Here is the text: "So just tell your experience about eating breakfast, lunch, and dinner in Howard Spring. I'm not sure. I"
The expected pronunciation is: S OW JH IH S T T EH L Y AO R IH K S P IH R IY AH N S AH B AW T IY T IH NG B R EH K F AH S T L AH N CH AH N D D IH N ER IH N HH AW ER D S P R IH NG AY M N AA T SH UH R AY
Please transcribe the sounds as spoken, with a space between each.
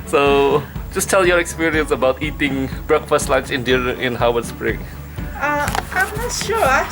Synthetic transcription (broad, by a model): S OW JH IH S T T EH L Y AO R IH K S P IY R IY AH N S AH B AW T IY T IH NG B R EH K F AH S T L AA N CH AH N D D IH ER IH N HH AW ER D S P R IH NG AY M N AA T SH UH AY